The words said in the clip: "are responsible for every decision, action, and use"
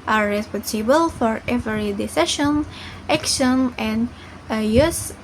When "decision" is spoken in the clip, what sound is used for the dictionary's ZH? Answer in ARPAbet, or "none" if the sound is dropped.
SH